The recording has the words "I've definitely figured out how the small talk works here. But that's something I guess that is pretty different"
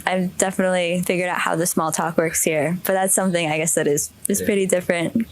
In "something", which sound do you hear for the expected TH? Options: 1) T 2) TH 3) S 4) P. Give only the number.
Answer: 2